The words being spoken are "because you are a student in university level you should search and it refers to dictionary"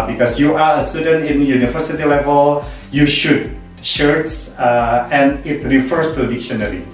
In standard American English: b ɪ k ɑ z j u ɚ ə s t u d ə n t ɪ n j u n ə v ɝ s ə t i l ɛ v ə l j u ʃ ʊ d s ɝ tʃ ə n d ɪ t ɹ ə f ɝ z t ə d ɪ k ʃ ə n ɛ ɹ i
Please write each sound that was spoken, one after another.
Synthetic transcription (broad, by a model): b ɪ k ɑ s j u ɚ ə s t u d ə n t ɪ n j u n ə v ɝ s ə t i l ɛ v ə l j u ʃ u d ʃ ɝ s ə n ɪ t ɹ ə f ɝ s t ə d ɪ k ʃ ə n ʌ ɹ i